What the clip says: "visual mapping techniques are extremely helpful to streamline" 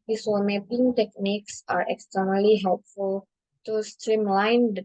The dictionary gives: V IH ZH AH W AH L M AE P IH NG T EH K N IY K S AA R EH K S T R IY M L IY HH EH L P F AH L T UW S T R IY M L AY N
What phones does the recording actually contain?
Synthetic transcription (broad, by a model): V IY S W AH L M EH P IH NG T EH K N IY K S AA R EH K S T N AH L IY HH EH L P F AH L T UW S T R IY M L AY N